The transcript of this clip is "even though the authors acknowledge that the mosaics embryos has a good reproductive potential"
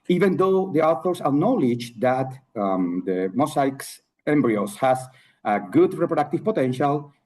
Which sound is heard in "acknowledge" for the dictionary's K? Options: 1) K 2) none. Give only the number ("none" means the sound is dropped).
2